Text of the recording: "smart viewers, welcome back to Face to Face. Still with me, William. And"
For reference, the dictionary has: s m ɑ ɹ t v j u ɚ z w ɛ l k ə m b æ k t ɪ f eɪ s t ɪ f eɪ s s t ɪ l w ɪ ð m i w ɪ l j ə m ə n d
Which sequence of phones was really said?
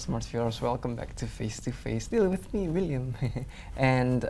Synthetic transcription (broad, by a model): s m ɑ ɹ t f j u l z w ɛ l k ə m b æ k t ɪ f eɪ s t ɪ f eɪ s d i l w ɪ ð m i w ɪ l j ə m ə n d